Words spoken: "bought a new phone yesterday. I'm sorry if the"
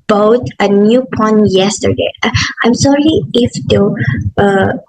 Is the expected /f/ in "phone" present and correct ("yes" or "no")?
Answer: no